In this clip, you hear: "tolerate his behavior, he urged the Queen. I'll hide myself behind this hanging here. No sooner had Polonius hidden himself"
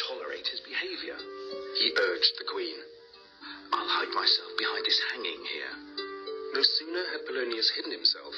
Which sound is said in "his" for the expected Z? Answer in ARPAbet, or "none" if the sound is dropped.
Z